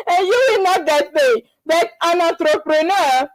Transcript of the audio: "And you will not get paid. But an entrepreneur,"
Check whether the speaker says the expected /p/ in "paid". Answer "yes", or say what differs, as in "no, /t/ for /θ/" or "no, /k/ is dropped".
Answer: no, /b/ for /p/